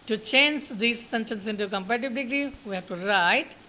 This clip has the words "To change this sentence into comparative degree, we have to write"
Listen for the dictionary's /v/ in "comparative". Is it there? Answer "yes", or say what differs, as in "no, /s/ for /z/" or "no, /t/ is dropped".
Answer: no, /b/ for /v/